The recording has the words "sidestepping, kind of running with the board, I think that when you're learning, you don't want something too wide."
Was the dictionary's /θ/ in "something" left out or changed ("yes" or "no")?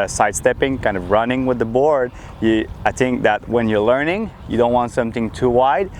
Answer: no